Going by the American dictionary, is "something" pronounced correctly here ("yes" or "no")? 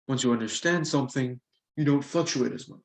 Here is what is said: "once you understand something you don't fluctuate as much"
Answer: yes